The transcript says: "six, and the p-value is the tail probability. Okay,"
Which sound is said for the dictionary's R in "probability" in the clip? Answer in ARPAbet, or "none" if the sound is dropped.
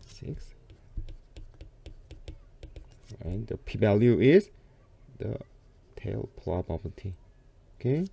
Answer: L